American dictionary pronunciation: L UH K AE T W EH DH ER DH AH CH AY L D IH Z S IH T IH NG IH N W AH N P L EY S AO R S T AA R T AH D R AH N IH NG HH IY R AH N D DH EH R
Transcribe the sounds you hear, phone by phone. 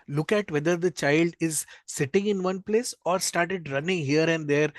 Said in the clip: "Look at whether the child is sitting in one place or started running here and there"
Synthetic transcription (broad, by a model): L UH K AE T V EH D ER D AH CH AY L D IH Z S IH T IH NG IH N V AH N P L EY S AO R S T AA R T AH D R AH N IH NG HH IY R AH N D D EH R